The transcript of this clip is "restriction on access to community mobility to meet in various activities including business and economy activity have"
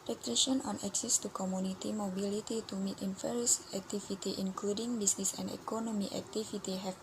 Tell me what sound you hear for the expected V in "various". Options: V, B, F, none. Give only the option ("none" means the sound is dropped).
F